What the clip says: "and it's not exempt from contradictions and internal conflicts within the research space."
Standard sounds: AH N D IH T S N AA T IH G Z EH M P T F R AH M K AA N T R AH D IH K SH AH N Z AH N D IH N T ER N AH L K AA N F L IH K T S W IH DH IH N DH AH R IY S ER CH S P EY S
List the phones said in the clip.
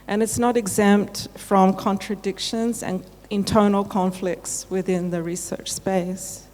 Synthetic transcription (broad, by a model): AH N IH T S N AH T IH G Z EH M P T F R AH M K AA N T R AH D IH K SH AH N Z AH N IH N T ER N L K AA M F L IH K T S W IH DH IH N DH AH R IY S ER CH S P EY S